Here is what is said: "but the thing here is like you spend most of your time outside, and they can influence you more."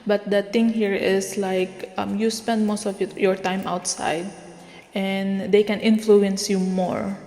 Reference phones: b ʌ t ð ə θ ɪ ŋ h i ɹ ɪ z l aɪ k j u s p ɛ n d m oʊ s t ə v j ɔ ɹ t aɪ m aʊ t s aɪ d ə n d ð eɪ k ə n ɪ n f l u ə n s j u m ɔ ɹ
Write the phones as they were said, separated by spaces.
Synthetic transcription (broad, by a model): b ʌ t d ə t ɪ ŋ h i ɹ ɪ s l aɪ k j u s p ɛ n d m oʊ s t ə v j ɔ ɹ t aɪ m aʊ t s aɪ d ə n d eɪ k ə n ɪ n f l u ə n s j u m ɔ ɹ